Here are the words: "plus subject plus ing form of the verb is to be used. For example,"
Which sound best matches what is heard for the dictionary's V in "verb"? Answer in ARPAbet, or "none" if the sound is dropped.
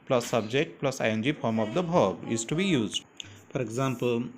B